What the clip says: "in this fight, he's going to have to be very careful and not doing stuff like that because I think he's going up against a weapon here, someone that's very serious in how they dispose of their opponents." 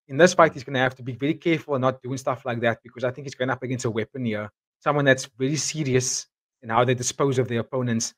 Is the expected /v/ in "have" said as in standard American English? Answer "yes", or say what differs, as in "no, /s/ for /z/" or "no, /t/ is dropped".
no, /f/ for /v/